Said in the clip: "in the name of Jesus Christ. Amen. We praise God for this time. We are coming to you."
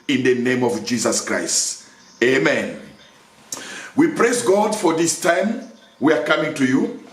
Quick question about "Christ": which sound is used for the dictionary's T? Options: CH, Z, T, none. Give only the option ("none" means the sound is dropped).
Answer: T